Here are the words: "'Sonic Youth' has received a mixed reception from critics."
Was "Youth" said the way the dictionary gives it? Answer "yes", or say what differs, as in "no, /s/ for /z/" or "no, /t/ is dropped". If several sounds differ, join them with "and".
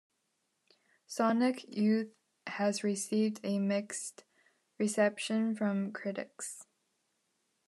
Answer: yes